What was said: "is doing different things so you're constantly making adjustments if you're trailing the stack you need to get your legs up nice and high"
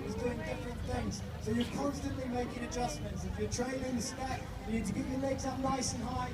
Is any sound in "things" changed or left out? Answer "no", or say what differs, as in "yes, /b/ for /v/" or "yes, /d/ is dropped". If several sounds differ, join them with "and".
no